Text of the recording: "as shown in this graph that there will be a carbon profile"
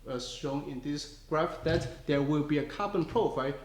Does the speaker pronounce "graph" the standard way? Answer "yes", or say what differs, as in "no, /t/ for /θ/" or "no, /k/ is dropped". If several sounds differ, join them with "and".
yes